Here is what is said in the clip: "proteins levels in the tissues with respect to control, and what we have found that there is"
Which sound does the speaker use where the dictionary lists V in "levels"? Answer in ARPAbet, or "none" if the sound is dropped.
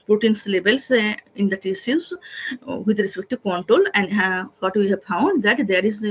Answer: B